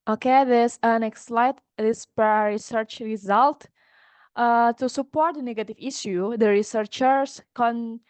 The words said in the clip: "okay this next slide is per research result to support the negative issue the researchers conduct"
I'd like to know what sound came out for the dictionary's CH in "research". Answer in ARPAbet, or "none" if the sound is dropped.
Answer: CH